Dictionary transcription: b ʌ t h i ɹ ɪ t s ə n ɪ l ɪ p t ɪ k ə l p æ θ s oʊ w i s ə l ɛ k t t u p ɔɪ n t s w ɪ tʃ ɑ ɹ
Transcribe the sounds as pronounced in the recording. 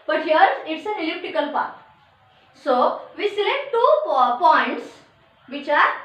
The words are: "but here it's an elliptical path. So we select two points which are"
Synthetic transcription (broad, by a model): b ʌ t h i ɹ ɪ t s ə n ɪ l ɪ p t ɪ k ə l p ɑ t s oʊ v i s ə l ɛ k t t u p ɔɪ n t s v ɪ tʃ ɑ ɹ